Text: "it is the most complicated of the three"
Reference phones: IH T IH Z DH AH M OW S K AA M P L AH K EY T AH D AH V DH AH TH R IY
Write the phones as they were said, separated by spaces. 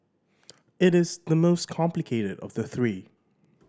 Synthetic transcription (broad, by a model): IH T IH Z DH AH M OW S K AA M P L AH K EY T AH D AH V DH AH TH R IY